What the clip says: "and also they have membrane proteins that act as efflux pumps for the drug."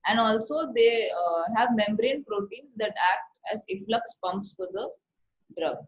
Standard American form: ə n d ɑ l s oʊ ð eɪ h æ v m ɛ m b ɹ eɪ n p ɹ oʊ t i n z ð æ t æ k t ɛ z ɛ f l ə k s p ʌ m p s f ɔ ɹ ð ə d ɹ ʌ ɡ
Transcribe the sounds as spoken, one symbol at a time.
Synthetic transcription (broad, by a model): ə n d ɑ l s oʊ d eɪ h æ v m ɛ m b ɹ eɪ n p ɹ oʊ t i n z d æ t æ k t ɛ z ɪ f l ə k s p ʌ m p s f ɔ ɹ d ə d ɹ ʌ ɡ